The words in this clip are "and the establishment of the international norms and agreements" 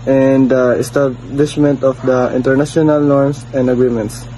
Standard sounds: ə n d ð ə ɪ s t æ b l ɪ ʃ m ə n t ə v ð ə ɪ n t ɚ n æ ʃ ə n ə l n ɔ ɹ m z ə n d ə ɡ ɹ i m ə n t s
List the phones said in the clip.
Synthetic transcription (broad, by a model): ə n d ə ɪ s t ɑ b l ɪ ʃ m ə n t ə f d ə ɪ n t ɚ n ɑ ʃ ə n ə l n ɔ ɹ m s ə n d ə ɡ ɹ i m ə n t s